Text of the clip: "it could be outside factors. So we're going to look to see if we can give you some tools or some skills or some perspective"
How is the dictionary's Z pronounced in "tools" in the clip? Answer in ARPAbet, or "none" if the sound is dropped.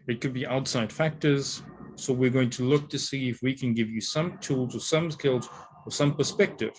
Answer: Z